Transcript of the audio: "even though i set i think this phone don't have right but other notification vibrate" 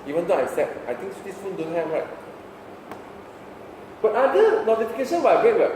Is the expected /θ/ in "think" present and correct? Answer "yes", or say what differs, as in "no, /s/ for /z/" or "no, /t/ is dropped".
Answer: no, /t/ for /θ/